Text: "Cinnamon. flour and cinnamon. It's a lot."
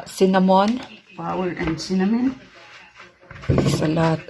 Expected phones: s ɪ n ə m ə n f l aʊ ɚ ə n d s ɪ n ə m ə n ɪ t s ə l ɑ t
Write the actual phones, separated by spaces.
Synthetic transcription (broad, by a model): s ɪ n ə m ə n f aʊ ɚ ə n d s ɪ n ə m ə n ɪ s ə l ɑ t